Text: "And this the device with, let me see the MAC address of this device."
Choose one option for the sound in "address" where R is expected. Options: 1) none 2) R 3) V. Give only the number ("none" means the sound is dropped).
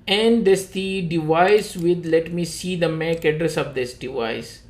2